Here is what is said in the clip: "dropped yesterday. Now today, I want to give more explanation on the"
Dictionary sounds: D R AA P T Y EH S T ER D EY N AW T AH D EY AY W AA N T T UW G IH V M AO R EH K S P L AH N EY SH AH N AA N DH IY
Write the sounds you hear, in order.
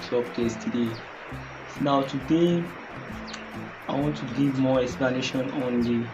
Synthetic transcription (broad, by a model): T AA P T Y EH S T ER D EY N AW T AH D EY AY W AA N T T UW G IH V M AO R EH K S P L AH N EY SH AH N AA N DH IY